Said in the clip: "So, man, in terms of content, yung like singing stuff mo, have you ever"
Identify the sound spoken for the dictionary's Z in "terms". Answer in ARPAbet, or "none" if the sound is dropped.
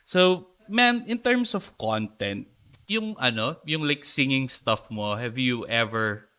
S